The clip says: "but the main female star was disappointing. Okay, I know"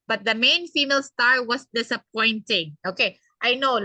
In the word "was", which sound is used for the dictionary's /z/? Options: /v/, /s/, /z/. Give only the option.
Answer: /s/